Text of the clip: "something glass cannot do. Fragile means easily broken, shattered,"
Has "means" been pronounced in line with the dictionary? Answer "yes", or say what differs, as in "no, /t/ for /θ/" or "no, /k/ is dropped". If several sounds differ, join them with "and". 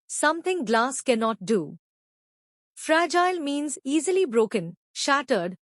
yes